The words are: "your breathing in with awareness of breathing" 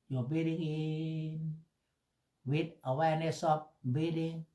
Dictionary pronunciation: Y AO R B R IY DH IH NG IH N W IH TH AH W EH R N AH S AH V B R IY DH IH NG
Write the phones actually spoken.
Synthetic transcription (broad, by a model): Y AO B IY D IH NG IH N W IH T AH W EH N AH S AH P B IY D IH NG